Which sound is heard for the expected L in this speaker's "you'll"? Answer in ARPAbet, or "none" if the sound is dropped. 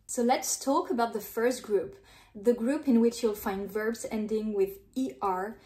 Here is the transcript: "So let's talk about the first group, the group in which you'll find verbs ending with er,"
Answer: L